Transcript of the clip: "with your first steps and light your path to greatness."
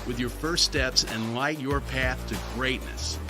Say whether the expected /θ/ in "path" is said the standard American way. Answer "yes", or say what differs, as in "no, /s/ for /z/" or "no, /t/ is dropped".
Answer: yes